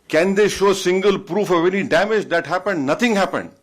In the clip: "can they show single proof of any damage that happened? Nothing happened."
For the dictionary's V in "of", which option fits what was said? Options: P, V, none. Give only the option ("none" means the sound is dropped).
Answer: V